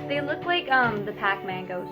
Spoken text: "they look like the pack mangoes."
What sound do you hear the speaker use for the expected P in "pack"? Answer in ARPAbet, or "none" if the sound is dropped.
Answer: P